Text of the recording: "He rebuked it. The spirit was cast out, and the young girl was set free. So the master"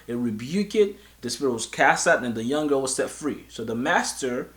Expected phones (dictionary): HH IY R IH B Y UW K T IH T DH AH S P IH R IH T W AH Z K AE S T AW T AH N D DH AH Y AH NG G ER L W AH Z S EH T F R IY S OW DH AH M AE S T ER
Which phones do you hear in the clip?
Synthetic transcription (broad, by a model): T R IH B Y UW K IH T DH AH S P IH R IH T W AH Z K AE S T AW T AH N DH AH Y AH NG G ER L W AH Z S EH T F R IY S OW DH AH M AE S T ER